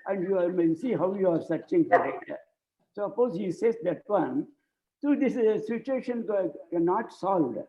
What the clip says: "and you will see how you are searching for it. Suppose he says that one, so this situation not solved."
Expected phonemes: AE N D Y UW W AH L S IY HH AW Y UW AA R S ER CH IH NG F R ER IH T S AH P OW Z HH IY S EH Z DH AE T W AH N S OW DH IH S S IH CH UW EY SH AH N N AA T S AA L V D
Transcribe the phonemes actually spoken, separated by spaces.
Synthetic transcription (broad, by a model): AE N D Y UW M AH N S IY HH AW Y UW AA R S ER CH IH NG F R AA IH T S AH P OW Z HH IY S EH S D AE T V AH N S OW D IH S S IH CH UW EY SH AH N N AA T S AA L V D